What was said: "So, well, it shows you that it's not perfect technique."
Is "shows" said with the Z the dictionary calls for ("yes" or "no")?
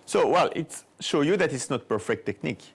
no